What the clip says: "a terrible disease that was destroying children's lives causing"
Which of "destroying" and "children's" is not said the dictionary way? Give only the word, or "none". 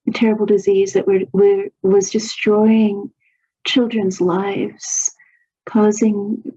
none